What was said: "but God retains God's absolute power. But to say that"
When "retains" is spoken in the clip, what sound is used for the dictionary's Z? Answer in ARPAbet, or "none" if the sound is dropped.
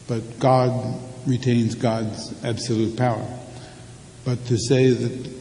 Z